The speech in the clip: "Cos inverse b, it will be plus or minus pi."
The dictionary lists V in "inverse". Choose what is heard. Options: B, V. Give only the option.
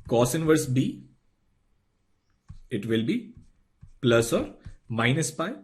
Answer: V